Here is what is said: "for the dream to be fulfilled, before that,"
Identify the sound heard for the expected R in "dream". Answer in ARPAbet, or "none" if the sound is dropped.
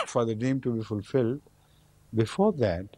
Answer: none